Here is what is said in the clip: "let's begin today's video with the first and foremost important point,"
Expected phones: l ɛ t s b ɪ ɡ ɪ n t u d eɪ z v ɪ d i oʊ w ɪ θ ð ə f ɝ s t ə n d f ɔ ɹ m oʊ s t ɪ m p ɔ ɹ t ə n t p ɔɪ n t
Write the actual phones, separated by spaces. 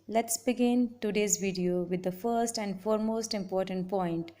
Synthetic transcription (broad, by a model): l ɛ t s b ɪ ɡ ɪ n t u d eɪ z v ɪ d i oʊ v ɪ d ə f ɝ s t ə n d f ɔ ɹ m oʊ s t ɪ m p ɔ ɹ t ə n t p ɔɪ n t